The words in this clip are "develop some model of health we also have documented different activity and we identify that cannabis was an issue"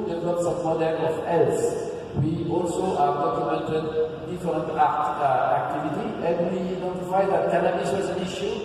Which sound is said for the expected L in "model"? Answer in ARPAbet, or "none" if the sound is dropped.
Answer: N